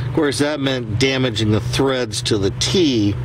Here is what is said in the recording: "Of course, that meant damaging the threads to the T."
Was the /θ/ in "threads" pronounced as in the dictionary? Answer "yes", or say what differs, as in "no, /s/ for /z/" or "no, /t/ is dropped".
yes